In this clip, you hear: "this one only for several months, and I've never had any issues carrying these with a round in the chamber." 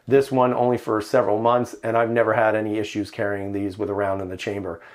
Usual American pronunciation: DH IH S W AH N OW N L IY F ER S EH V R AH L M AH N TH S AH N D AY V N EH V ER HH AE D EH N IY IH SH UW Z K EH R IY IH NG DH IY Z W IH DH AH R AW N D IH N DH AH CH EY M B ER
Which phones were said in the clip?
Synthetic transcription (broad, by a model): DH IH S W AH N OW N L IY F ER S EH V R L M AH N TH S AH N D AY V N EH V ER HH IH D EH N IY IH SH UW Z K EH R IY IH NG DH IY Z W IH DH AH R AW N D IH N DH AH CH EY M B ER